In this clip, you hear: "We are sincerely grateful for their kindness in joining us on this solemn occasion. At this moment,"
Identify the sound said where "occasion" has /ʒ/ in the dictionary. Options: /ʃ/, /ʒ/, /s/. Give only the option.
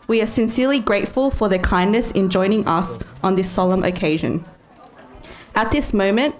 /ʒ/